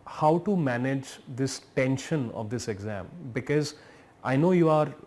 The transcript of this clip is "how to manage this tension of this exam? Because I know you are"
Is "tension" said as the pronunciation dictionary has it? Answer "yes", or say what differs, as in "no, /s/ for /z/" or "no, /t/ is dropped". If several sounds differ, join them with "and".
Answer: yes